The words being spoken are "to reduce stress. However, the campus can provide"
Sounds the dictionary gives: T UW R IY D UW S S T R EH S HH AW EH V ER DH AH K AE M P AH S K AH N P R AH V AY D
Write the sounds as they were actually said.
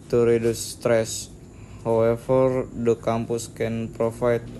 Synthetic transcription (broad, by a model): T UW R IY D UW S S T R EH S HH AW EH F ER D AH K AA M P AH S K AH N P R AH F AY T